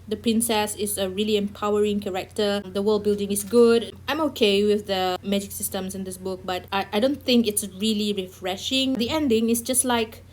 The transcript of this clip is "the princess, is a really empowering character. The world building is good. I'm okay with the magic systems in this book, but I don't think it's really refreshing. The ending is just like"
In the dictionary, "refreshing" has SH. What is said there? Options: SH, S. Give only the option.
SH